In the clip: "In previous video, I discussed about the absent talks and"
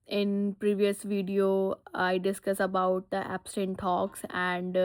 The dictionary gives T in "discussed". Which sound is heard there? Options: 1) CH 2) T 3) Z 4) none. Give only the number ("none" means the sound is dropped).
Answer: 4